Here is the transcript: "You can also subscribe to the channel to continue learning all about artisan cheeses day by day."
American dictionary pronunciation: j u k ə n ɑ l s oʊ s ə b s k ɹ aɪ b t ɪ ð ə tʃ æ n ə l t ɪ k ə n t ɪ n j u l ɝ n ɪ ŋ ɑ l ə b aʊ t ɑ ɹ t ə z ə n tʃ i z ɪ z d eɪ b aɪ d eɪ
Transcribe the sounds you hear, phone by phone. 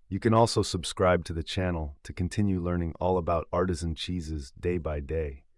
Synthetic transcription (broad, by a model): j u k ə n ɑ l s oʊ s ə b s k ɹ aɪ b t ɪ ð ə tʃ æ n l t ɪ k ə n t ɪ n j u l ɝ n ɪ ŋ ɑ l ə b aʊ t ɑ ɹ t ə z ə n tʃ i z ɪ z d eɪ b aɪ d eɪ